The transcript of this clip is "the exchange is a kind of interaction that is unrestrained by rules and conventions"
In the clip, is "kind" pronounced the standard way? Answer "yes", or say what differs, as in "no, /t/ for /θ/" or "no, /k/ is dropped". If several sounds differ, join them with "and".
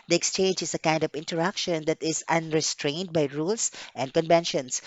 yes